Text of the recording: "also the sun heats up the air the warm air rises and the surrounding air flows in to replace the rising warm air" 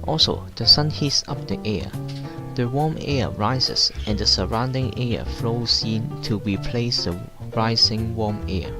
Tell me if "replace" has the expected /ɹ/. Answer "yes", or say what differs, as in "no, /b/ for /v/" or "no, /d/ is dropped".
yes